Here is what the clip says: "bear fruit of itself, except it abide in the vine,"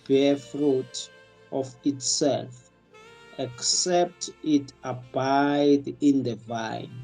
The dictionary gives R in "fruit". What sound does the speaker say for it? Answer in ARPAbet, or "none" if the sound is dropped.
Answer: R